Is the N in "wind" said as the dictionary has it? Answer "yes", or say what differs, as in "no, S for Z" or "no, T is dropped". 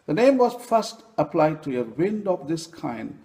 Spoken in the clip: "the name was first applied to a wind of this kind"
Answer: yes